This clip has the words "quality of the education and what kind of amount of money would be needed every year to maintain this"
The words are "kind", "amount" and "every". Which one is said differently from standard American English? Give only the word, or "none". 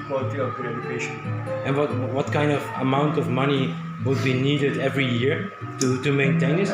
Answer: none